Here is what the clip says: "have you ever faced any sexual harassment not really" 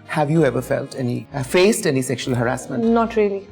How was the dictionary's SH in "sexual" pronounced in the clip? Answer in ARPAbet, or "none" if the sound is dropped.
SH